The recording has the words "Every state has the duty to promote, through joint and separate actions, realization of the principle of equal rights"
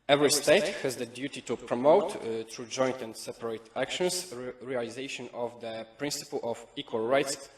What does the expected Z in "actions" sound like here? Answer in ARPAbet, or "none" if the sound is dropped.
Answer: S